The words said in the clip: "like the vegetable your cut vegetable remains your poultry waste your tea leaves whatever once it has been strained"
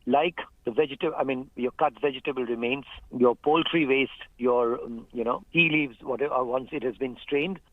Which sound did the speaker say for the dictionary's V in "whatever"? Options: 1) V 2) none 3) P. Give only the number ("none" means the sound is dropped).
2